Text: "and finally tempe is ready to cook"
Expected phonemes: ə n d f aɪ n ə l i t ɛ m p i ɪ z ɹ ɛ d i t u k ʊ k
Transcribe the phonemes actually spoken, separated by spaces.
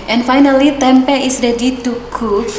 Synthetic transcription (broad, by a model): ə n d f aɪ n ə l i t ɛ m p i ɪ s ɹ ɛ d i t u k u